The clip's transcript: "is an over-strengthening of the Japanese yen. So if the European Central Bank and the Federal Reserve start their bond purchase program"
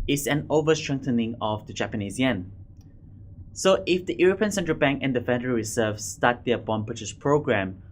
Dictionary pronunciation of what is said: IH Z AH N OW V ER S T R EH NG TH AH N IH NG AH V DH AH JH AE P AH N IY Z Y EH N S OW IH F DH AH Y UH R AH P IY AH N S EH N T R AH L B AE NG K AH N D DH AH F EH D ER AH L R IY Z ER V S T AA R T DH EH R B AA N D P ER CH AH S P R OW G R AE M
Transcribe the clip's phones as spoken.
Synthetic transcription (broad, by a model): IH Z AH N OW V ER S T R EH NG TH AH N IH NG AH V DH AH JH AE P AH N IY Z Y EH N S OW IH F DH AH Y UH R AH P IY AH N S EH N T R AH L B AE NG K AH N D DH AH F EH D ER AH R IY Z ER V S T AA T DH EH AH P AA N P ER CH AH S P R OW G R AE M